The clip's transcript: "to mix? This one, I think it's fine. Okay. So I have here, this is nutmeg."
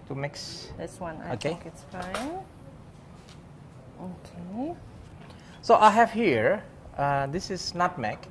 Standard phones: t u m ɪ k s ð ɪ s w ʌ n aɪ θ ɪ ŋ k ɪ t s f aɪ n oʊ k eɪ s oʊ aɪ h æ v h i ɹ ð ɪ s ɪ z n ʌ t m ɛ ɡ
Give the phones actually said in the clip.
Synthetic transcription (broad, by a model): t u m ɪ k s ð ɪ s w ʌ n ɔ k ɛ k ɪ t s f aɪ n oʊ k eɪ s oʊ aɪ h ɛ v h i ɹ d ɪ s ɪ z n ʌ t m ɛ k